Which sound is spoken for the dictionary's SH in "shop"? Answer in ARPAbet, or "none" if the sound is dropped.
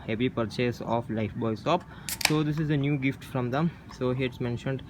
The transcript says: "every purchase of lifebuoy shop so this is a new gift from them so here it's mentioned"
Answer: S